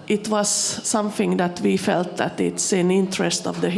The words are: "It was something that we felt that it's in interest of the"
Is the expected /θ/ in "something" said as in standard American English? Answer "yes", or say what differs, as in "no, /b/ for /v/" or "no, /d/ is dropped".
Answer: yes